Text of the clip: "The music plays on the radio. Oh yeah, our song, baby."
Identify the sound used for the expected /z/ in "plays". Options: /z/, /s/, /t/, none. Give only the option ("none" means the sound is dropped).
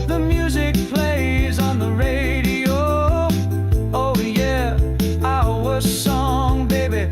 /z/